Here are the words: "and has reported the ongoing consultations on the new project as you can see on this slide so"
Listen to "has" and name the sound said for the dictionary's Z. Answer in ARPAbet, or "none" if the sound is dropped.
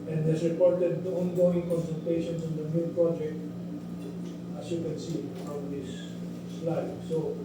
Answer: S